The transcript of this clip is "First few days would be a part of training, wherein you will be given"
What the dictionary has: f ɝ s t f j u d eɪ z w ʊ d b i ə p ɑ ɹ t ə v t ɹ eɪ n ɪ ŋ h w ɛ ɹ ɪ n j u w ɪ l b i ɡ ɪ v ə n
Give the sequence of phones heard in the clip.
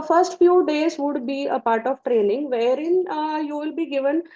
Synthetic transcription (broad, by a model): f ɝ s t f j u d eɪ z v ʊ d b i ə p ɑ ɹ t ə v t ɹ eɪ n ɪ ŋ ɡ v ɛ ɹ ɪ n j u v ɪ l b i ɡ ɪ v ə n